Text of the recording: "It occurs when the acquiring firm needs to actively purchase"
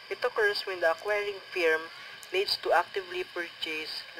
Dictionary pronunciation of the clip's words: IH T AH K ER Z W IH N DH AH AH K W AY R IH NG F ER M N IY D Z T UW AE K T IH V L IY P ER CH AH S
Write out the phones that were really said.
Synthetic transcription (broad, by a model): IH T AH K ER S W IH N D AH AH K W AY R IH NG F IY M L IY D S T UW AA K T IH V L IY P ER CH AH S